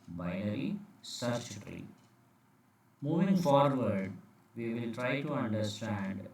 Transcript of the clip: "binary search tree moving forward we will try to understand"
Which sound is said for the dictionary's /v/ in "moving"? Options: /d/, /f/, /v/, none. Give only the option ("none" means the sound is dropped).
/v/